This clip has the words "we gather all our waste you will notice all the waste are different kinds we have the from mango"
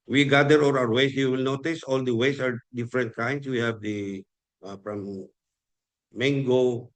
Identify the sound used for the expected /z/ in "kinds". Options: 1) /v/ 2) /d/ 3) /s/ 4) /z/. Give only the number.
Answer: 3